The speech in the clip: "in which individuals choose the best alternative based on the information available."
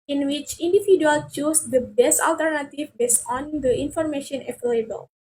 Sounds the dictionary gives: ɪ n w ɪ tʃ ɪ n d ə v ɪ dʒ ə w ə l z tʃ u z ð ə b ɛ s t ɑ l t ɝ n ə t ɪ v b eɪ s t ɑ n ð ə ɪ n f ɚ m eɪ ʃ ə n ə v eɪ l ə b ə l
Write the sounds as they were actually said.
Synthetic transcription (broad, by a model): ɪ n w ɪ tʃ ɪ n d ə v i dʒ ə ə l tʃ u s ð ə b ɛ s t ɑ l t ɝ n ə t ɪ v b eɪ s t ɑ n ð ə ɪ n f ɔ m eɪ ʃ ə n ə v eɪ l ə b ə l